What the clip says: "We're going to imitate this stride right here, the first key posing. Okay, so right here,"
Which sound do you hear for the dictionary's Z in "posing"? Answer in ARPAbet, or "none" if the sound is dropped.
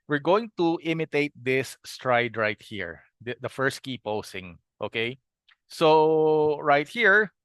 S